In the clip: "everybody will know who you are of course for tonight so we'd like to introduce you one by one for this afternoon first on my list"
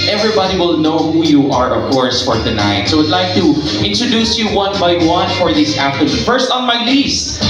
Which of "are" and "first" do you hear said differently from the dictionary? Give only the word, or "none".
none